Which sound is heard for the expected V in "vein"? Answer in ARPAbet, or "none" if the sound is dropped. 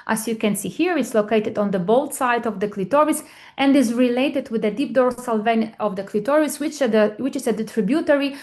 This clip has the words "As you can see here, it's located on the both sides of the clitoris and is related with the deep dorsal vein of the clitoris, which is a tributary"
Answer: V